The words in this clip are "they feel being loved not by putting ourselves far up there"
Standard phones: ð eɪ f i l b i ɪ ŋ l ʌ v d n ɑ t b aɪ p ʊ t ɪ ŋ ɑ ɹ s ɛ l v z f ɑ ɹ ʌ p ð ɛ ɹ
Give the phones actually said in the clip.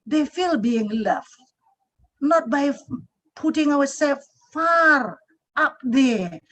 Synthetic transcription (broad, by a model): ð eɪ f i l b i ɪ ŋ l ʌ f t n ɑ t b aɪ p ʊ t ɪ ŋ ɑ w s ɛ f ɑ ɹ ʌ p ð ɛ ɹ